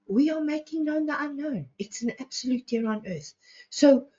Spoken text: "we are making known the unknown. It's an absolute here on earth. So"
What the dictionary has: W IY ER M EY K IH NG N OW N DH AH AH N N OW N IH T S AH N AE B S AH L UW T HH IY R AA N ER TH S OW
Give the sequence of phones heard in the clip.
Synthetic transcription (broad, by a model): W IY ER M EY K IH NG N OW N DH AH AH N N OW N IH T S AH N AE B S AH L UW T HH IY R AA N ER TH S OW